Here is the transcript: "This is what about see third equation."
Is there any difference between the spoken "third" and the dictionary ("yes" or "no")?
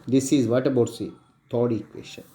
yes